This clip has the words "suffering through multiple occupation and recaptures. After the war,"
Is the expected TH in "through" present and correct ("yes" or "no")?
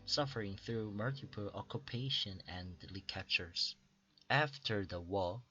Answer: yes